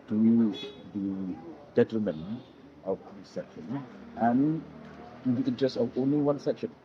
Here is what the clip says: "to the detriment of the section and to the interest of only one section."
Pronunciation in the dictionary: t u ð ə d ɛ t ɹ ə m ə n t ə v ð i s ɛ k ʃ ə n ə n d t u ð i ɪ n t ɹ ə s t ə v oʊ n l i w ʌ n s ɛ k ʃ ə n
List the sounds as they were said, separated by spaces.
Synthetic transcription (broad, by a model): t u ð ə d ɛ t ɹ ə m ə n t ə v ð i s ɛ k ʃ ə n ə n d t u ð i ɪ n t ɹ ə s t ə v oʊ n l i w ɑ n s ɛ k ʃ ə n